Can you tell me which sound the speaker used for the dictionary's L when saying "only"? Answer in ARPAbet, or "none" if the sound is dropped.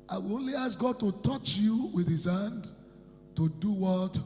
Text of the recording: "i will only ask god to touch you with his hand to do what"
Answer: L